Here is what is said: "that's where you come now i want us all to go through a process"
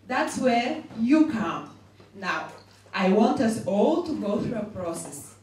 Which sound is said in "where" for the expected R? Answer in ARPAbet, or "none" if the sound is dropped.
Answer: R